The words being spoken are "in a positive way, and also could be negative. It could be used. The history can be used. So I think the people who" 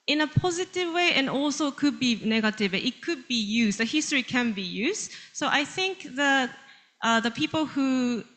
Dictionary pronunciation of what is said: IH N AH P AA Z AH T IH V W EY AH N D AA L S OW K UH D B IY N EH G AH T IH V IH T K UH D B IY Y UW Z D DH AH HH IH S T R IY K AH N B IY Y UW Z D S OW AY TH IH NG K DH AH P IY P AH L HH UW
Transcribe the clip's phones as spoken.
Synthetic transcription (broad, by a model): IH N AH P AA Z AH T IH V W EY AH N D AA L S OW K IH D B IY N EH G AH T IH V IH T K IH D B IY Y UW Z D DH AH HH IH S T R IY K AH N B IY Y UW Z D S OW AY TH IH NG K DH AH P IY P AH L HH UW